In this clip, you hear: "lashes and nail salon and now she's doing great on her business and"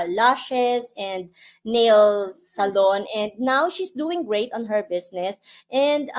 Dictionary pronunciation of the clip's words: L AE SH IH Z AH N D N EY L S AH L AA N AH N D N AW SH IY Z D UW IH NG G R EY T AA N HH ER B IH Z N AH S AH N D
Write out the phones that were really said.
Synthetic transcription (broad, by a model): L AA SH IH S AH N D N EY L S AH L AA N AH N D N AW SH IY S D UW IH NG G R EY T AA N HH ER B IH S N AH S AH N D